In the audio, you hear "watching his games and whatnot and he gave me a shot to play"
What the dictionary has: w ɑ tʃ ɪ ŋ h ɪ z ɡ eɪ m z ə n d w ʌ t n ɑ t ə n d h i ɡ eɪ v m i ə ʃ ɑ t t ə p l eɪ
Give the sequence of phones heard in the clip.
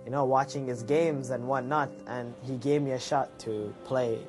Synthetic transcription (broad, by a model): w ɑ tʃ ɪ ŋ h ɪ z ɡ eɪ m z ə n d w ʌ n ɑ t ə n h i ɡ eɪ v m i ə ʃ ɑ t t ə p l eɪ